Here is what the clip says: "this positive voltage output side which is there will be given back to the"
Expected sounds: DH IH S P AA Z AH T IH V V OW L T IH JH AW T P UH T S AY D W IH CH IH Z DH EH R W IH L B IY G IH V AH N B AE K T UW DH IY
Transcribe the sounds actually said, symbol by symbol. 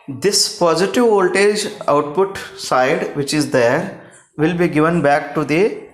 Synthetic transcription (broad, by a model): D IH S P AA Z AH T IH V V OW L T IH JH AW T P UH T S AY D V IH CH IH Z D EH R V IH L B IY G IH V AH N B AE K T UW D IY